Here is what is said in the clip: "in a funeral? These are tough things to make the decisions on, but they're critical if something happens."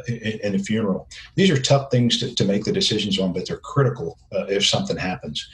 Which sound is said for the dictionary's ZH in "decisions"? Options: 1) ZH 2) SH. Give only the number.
1